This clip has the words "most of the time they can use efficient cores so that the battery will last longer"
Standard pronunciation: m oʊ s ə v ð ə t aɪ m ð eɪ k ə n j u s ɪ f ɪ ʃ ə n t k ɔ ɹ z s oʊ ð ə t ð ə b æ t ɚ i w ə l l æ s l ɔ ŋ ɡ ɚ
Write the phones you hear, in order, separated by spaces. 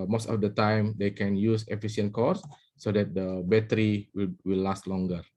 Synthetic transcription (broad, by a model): m oʊ s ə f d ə t aɪ m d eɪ k ə n j u s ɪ f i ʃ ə n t k ɔ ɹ s oʊ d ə t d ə b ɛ t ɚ i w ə w l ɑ s l ɔ ŋ ɡ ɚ